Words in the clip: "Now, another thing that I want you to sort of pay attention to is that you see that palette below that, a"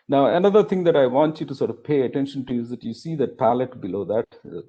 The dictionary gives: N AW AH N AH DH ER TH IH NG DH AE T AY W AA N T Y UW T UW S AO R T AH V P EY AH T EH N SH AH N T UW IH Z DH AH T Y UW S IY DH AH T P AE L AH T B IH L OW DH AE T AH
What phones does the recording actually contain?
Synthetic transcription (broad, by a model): N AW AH N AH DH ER T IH NG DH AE T AY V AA N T Y UW T UW S AO R T AH V P EY AH T EH N SH AH N T UW IH Z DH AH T Y UW S IY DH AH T P AE L AH T B IH L OW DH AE T